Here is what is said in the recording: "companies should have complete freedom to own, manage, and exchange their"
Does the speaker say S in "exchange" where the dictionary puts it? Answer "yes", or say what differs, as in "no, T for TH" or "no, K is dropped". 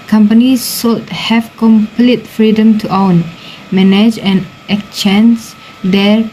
no, S is dropped